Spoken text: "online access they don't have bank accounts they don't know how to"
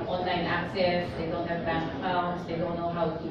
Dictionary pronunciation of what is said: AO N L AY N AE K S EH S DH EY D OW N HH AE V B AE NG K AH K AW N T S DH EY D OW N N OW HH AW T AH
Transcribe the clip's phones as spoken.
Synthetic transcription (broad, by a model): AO N L AY N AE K S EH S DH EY D OW N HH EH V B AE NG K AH UH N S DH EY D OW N N OW HH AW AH